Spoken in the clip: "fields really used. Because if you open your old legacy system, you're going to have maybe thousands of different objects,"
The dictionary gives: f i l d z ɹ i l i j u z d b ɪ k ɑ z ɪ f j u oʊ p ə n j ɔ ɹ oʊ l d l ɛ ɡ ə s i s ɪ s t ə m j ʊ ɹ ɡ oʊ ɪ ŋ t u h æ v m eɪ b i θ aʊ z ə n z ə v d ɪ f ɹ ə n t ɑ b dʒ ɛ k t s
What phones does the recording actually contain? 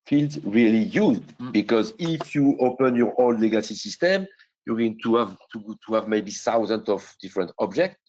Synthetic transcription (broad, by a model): f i l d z ɹ i l i j u z d b ɪ k ɑ z ɪ f j u oʊ p ə n j ɔ ɹ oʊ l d l ɛ ɡ ə s i s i s t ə m j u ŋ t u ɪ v t u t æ v m eɪ b i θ aʊ z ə n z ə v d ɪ f ɹ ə n t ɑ b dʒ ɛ k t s